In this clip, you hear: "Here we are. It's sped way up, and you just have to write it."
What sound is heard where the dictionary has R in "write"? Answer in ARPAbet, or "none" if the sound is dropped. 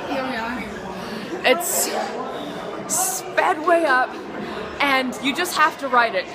R